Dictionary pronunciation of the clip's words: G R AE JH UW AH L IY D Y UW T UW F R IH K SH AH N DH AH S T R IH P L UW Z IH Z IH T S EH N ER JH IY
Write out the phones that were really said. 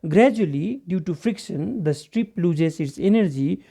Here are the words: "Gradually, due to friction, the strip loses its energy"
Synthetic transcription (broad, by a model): G R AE JH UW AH L IY D Y UW T UW F R IH K SH AH N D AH S T R IH P L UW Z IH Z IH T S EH N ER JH IY